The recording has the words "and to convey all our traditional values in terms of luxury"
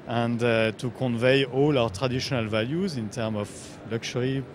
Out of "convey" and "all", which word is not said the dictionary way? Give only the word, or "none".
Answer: none